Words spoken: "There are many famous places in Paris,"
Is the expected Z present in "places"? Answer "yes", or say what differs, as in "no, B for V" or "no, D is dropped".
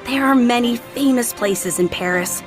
yes